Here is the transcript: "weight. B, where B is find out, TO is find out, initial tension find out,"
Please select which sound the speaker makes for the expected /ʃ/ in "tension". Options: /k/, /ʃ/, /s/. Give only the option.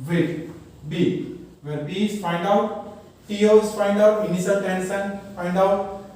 /s/